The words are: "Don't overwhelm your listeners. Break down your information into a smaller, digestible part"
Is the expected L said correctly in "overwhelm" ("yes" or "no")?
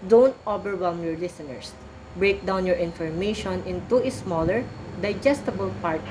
no